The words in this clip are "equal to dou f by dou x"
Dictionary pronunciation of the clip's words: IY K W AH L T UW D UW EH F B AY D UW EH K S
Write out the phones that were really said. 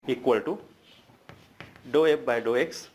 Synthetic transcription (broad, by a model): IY K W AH L T UW D UW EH P B AY D UW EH K S